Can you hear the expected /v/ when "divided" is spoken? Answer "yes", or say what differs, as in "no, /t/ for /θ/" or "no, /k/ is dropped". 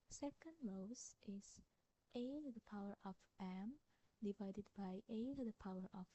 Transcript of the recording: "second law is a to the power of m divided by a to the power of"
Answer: yes